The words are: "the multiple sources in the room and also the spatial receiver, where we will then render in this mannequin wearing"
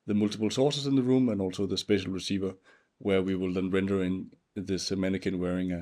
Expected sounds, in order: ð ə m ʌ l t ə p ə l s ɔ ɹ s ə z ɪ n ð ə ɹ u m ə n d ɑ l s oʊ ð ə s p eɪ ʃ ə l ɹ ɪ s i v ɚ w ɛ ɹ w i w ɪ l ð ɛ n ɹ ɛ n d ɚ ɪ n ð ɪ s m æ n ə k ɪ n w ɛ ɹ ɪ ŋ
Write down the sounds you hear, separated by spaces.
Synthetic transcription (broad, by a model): ð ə m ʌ l t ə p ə l s ɔ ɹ s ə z ɪ n ð ə ɹ u m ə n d ɑ l s oʊ ð ə s p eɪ ʃ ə l ɹ ɪ s i v ɚ w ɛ ɹ w i w ɪ l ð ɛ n ɹ ɛ n d ɚ ɪ n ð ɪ s m æ n ə k ɪ n w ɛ ɹ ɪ ŋ